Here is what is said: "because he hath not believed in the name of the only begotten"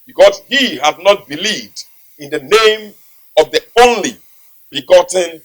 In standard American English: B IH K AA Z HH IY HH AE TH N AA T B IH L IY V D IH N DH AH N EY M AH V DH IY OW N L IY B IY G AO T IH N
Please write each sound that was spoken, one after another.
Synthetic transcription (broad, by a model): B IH K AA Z HH IY HH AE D N AA T B IH L IY V D IH N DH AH N EY M AH V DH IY OW N L IY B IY G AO T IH N